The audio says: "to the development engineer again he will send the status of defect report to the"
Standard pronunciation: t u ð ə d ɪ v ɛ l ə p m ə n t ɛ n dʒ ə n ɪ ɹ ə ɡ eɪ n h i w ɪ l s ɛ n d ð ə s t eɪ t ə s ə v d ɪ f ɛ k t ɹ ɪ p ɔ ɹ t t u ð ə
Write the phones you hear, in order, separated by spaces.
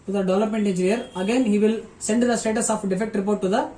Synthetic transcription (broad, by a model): t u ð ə d ɪ v ɛ l ə p m ə n t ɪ n dʒ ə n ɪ ɹ ə ɡ eɪ n h i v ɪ l s ɛ n d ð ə s t eɪ t ə s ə f d ɪ f ɛ k t ɹ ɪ p ɔ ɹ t t u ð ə